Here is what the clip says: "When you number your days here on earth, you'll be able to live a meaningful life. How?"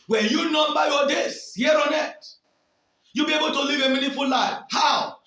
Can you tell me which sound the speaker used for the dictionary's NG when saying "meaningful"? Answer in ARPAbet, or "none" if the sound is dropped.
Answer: none